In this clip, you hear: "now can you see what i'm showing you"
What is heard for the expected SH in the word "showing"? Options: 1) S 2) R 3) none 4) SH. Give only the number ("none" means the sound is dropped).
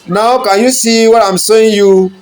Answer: 1